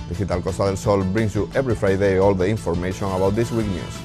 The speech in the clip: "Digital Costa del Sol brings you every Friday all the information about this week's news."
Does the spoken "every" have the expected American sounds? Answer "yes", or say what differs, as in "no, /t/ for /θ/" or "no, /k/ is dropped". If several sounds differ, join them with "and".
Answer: no, /b/ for /v/